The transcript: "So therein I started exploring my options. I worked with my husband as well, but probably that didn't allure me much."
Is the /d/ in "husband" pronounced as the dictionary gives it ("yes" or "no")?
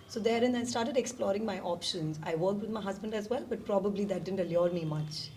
yes